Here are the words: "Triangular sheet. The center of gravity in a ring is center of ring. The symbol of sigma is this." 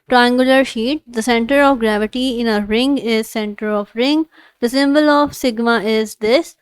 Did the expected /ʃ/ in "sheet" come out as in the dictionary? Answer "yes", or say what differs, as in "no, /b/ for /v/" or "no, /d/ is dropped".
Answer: yes